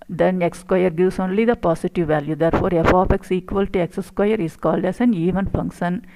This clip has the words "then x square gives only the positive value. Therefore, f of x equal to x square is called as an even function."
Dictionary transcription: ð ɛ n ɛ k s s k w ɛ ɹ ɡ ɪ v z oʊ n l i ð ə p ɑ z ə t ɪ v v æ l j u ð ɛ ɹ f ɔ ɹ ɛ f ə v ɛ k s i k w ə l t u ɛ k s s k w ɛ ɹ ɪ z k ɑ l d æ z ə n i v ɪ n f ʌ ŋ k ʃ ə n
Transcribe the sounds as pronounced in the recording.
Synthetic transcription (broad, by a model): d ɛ n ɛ k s s k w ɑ ɹ ɡ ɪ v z oʊ n l i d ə p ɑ s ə t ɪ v v æ l j u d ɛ ɹ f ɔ ɹ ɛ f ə p ɛ k s i k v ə l t u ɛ k s s k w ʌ ɹ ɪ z k ɑ l d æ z ə n i v ɪ n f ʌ ŋ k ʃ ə n